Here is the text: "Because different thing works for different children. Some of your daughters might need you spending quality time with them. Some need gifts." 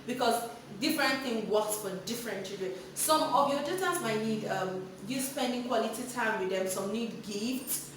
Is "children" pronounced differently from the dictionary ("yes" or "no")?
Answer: yes